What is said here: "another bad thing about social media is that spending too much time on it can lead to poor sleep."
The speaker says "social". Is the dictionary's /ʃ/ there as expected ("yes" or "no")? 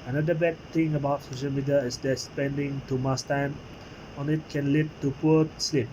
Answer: yes